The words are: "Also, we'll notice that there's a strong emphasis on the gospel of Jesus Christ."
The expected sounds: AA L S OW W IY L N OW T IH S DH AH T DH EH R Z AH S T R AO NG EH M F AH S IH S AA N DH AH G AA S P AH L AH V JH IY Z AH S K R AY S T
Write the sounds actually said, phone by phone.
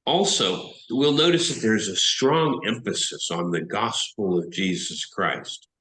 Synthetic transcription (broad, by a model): AA L S OW W IY L N OW T IH S DH AH T DH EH R Z AH S T R AO NG EH M F AH S IH S N DH AH G AA S P L AH V JH IY Z AH S K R AY S T